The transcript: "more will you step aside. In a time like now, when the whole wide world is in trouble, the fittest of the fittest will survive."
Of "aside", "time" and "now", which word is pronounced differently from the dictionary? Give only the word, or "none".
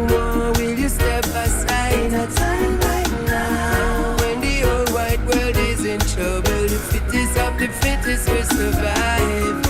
aside